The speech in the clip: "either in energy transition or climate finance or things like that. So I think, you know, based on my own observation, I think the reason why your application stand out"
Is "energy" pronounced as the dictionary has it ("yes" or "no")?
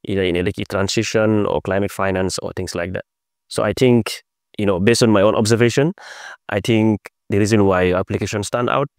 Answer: no